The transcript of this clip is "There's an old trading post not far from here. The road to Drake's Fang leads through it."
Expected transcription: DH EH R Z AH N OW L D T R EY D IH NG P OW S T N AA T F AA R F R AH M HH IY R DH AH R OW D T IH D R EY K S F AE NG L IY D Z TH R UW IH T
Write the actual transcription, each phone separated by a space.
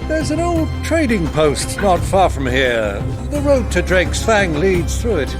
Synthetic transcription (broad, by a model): DH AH R Z AH N OW L D T R EY D IH NG P OW S T N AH T F AA R F R AH M HH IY R DH AH R OW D T IH D R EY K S F AE NG L IY D Z TH R UW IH T